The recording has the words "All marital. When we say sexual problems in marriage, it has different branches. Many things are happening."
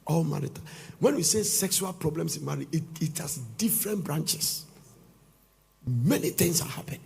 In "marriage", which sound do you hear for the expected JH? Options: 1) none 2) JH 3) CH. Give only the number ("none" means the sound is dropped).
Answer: 1